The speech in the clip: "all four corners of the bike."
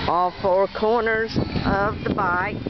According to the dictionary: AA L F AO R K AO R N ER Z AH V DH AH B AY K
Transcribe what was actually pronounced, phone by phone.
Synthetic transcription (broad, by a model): AA L F AO R K AO R N ER Z AH V DH AH B AY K